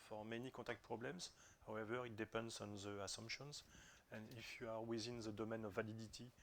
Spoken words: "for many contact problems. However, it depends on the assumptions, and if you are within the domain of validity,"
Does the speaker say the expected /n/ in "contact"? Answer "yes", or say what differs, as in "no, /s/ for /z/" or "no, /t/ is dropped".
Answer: no, /n/ is dropped